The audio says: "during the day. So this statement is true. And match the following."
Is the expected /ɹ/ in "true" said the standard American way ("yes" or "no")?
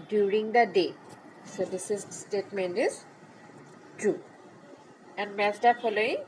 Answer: no